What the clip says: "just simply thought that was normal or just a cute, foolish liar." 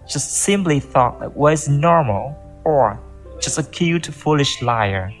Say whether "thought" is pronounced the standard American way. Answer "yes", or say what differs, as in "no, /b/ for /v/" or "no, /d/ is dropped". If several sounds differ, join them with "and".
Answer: yes